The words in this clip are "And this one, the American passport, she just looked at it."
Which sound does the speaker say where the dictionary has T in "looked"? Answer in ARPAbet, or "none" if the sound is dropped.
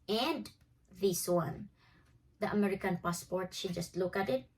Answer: none